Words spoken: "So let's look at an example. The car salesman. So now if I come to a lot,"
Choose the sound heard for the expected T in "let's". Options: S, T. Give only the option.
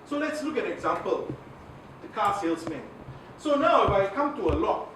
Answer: T